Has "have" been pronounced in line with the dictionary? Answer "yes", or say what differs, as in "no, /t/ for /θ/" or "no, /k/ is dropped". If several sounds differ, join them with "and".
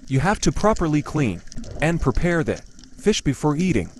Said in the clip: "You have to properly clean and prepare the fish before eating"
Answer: no, /f/ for /v/